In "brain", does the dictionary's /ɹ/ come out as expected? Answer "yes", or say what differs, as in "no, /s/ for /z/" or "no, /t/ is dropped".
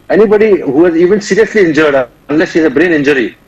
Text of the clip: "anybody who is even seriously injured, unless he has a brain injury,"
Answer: yes